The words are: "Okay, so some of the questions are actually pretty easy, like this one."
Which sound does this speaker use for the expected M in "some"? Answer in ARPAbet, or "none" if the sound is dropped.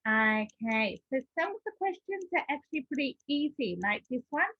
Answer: none